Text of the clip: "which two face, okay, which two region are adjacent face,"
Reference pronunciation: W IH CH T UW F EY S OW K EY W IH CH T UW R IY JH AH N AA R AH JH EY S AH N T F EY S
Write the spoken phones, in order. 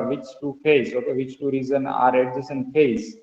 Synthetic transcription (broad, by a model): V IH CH T UW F EY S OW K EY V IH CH T UW R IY Z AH N AA R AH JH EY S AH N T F EY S